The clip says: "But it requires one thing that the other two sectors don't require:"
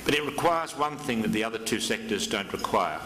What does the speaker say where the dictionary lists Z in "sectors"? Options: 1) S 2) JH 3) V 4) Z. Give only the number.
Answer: 4